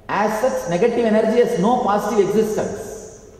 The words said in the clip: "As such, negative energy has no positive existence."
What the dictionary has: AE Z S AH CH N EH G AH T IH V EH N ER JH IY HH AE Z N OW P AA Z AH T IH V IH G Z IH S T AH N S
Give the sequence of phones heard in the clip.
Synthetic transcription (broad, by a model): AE S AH S N EH G AH T IH V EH N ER JH IY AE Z N OW P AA S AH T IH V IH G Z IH S T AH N S